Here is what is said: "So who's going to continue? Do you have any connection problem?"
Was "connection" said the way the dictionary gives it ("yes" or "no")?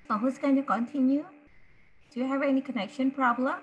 yes